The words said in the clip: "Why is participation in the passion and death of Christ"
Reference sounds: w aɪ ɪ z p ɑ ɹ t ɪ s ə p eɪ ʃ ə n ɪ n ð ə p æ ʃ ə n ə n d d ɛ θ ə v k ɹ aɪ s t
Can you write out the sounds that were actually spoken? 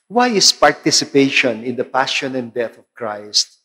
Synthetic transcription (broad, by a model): w aɪ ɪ s p ɑ ɹ t ɪ s ə p eɪ ʃ ə n ɪ n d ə p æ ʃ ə n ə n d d ɛ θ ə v k ɹ aɪ s t